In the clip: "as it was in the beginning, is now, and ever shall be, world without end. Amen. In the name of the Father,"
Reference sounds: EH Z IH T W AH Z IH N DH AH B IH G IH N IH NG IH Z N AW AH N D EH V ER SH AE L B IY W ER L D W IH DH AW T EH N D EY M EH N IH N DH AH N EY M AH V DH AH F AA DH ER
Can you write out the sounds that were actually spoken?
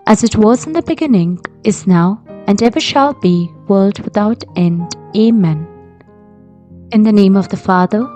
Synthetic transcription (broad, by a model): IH Z IH T W AH Z IH N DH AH B IH G IH N IH NG IH Z N AW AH N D EH V ER SH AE L B IY W ER L D W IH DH AW T EH N D EY M EH N IH N DH AH N EY M AH V DH AH F AA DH ER